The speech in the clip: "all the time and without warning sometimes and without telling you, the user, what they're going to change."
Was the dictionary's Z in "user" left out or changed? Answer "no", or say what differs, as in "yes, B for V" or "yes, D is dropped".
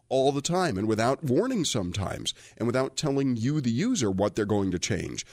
no